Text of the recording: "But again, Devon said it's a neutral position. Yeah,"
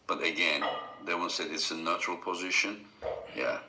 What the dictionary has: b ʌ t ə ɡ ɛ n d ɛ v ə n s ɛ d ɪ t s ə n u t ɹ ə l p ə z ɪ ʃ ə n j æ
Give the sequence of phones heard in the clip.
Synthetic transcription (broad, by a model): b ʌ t ə ɡ ɛ n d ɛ w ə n s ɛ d ɪ t s ə n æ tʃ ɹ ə l p ə z ɪ ʃ ə n j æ